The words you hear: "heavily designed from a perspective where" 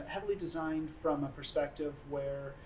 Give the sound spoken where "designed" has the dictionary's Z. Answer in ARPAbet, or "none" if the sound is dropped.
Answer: Z